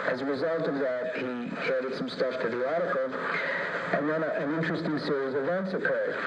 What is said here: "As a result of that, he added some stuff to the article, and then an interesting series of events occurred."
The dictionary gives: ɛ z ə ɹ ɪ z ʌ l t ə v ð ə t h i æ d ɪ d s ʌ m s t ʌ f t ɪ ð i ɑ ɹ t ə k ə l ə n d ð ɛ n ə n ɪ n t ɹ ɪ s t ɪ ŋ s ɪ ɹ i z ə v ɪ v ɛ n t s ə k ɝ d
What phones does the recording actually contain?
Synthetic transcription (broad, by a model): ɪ z ə ɹ ɪ z ʌ l t ə v ð ə t h i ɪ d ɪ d s ʌ m s t ʌ f t ɪ ð i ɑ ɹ t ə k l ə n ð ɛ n ə n ɪ n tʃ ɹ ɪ s t ɪ ŋ s ɪ ɹ i z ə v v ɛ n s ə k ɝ